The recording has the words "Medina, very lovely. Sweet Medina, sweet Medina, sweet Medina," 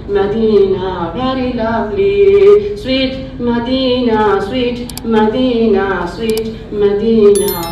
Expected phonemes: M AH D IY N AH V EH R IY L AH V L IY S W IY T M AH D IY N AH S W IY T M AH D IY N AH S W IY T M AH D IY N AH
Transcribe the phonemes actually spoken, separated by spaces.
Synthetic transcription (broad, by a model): M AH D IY N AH B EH R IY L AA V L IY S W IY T M AH D IY N AH S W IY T M AH D IY N AH S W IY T M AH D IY N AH